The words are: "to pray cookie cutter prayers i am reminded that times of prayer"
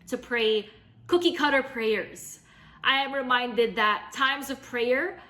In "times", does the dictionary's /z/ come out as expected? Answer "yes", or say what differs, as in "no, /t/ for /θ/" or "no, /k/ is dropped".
yes